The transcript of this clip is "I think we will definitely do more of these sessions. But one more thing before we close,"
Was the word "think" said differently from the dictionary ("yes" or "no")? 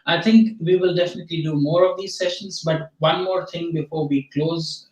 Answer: yes